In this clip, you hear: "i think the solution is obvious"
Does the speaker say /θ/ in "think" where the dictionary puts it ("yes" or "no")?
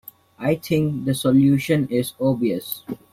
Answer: no